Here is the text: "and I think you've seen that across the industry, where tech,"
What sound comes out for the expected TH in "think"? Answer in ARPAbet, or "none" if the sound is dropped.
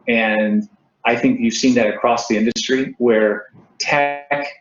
TH